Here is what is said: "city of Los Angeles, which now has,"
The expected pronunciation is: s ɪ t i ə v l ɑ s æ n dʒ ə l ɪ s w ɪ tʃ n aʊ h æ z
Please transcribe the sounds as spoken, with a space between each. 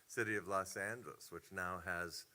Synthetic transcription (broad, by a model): s ɪ t i ə v l ɑ s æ n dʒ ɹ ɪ s w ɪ tʃ n aʊ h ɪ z